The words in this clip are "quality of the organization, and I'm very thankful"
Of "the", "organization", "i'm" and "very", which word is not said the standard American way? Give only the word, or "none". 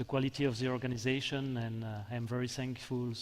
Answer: none